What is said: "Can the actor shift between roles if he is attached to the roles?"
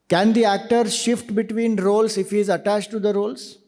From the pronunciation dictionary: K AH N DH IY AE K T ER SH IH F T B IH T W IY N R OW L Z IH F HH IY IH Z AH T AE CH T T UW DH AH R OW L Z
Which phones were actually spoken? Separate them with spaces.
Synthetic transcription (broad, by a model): K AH N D IY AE K T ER SH IH F T B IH T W IY N R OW L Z IH F HH IY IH Z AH T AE CH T T UW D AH R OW L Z